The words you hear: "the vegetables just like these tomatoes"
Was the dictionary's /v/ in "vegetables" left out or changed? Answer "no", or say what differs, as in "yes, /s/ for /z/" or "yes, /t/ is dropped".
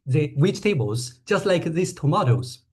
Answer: yes, /w/ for /v/